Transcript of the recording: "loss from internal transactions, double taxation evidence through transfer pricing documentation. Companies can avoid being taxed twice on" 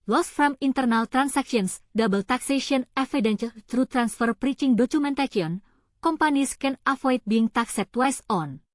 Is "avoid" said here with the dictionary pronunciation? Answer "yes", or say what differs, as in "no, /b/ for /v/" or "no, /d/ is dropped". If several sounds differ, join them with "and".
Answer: no, /f/ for /v/